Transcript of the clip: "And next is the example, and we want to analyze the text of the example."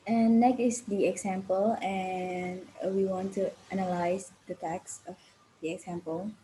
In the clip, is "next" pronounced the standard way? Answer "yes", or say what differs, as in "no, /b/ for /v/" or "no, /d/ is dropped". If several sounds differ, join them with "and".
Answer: no, /s/ is dropped